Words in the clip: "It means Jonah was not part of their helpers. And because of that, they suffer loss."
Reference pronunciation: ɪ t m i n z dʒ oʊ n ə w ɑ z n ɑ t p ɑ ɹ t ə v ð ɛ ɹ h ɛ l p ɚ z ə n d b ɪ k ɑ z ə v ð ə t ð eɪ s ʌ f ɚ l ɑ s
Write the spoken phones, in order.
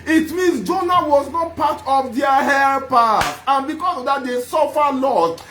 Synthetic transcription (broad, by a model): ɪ t m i n s dʒ oʊ n ə w ɑ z n ɑ t p ɑ t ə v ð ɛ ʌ h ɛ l p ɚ ə n b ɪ k ɑ s ə v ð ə t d eɪ s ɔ f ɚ l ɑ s